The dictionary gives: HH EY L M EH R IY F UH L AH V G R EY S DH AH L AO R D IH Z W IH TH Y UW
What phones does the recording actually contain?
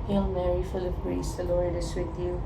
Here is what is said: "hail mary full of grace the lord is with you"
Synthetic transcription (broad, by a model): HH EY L M EH R IY F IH L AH P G R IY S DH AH L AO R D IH S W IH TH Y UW